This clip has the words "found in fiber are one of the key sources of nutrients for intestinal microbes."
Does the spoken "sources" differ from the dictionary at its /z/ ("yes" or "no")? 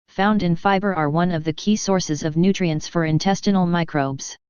no